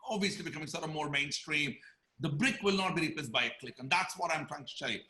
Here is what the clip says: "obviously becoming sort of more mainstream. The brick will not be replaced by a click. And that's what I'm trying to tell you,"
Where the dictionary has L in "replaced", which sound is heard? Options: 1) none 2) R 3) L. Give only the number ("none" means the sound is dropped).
1